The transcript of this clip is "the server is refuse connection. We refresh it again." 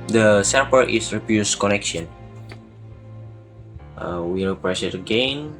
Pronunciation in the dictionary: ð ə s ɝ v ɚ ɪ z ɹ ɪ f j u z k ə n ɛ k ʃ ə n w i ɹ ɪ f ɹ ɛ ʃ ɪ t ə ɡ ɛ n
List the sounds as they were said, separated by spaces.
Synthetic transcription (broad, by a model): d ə s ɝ p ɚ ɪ s ɹ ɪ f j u s k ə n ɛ k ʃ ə n w i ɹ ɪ p ɹ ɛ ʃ ɪ t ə ɡ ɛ n